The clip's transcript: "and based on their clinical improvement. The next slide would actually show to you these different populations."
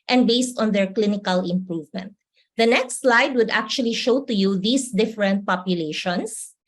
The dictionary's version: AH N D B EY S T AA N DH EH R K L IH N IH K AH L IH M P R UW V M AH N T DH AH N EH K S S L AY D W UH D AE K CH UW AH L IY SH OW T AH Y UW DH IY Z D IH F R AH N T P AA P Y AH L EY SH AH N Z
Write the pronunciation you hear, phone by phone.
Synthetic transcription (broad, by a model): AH N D B EY S T AA N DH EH R K L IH N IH K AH L IH M P R UW V M AH N T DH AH N EH K S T L AY D W UH D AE K CH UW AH L IY SH OW T AH Y UW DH IY S D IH F R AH N T P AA P Y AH L EY SH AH N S